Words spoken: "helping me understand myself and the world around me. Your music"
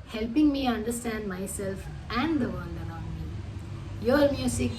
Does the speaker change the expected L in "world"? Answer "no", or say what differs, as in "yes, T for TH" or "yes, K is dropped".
yes, N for L